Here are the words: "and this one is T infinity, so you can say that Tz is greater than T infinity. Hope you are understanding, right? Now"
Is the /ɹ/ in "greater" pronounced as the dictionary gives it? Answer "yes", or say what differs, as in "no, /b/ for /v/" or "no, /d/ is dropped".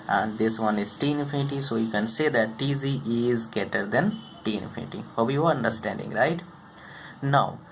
no, /ɹ/ is dropped